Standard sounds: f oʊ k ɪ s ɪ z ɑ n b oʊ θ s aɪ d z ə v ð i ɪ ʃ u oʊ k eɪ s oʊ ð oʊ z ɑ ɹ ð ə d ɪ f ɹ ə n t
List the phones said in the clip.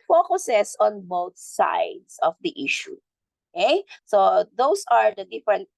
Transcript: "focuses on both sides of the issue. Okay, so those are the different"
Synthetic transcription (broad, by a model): f oʊ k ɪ s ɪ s ɑ n b oʊ θ s aɪ d s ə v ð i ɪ ʃ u oʊ k eɪ s oʊ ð oʊ s ɑ ɹ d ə d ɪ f ɹ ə n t